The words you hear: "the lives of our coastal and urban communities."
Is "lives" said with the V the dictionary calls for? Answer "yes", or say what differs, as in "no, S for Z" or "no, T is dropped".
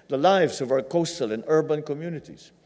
yes